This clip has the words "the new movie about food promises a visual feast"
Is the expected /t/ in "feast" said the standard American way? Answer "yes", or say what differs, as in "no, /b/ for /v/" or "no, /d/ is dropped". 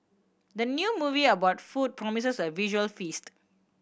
yes